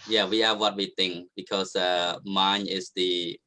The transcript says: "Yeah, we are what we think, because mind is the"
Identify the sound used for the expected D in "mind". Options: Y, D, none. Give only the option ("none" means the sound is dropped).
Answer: none